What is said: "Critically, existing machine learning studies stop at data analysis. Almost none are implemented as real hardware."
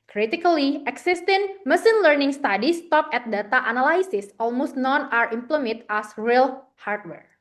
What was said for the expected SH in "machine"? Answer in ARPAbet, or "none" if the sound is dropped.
S